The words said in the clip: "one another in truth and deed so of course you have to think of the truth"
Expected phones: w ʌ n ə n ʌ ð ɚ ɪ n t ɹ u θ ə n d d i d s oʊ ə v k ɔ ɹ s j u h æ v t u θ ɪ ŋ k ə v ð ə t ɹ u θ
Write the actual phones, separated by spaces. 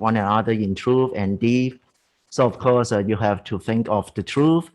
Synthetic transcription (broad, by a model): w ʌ n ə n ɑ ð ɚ ɪ n t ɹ u f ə n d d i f s oʊ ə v k ɔ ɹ s j u h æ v t u θ ɪ ŋ k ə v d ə t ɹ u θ